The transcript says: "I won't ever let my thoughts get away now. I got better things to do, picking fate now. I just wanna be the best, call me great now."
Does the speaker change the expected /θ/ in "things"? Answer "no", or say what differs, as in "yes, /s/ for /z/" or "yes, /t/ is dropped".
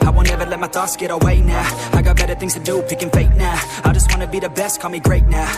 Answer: no